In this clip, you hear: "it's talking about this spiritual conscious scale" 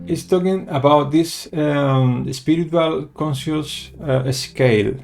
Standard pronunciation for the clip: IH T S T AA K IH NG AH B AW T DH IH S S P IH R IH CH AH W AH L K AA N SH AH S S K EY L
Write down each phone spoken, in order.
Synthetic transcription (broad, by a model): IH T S T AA K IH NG AH B AW T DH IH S S P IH R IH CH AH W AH L K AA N S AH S S K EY L